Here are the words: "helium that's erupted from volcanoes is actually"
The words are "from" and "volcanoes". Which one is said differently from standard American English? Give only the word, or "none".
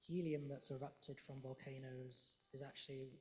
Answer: none